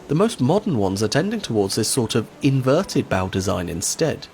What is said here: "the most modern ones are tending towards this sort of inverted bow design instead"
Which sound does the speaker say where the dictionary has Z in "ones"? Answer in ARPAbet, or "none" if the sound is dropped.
Z